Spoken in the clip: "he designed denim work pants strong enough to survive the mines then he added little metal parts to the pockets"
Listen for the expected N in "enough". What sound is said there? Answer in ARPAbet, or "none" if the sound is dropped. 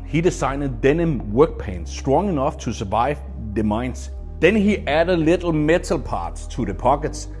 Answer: N